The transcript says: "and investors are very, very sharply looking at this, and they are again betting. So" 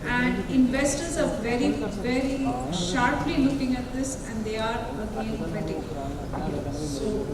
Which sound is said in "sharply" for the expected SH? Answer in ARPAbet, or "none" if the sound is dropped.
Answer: SH